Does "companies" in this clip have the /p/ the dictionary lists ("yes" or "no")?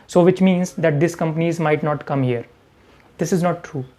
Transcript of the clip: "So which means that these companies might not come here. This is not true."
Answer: yes